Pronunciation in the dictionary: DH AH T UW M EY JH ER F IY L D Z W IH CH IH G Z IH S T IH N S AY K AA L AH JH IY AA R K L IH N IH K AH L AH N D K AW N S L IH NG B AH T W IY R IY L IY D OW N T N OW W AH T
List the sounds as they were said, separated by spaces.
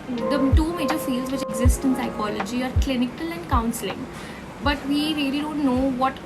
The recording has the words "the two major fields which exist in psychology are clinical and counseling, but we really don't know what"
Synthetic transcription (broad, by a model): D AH T UW M EY JH ER F IY L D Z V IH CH IH G Z IH S T IH N S AY K AA L AH JH IY AA R K L IH N IH K AH L AH N D K AW N S L IH NG B AH T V IY R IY L IY D OW N T N OW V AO T